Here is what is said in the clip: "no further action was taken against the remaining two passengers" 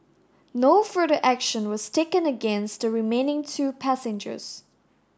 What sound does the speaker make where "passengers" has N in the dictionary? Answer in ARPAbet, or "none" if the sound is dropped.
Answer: N